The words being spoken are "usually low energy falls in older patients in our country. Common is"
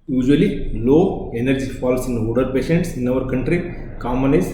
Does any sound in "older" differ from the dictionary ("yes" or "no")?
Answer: yes